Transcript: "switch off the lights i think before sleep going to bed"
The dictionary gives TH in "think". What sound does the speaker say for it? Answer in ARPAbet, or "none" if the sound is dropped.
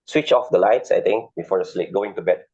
T